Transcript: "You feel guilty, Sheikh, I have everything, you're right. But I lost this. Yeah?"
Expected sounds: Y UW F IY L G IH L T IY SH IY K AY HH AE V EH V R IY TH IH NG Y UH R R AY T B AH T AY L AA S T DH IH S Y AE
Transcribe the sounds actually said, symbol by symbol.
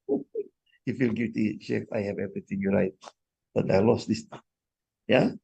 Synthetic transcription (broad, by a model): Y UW F IY L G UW T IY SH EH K AY HH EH V EH V R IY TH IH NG Y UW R R AY T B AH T AY L AA S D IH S Y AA